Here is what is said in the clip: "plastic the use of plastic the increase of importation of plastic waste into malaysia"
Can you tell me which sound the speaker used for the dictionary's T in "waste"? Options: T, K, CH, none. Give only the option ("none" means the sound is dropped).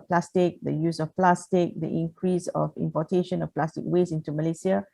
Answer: none